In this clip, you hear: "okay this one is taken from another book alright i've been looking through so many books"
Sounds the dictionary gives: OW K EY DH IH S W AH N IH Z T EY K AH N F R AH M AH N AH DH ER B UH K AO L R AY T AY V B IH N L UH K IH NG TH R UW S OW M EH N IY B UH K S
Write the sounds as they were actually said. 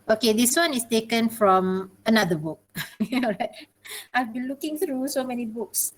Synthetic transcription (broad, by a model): OW K EY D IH S W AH N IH S T EY K AH N F R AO M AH N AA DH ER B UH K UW N R AY T AY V B IH N L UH K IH NG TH R UW S OW M EH N IY B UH K S